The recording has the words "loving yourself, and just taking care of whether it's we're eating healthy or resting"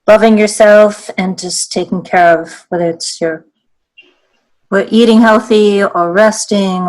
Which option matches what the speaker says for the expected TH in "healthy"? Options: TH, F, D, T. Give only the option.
TH